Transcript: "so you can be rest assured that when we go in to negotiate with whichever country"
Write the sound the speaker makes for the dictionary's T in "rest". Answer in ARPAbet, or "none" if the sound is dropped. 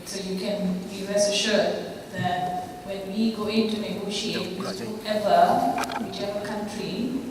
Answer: none